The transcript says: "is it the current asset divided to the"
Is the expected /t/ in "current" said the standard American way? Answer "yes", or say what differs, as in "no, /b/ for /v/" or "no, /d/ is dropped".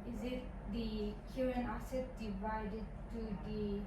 no, /t/ is dropped